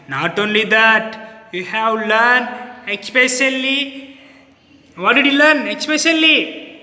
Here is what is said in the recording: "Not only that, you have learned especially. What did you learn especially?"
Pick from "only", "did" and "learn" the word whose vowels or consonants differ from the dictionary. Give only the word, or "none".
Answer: none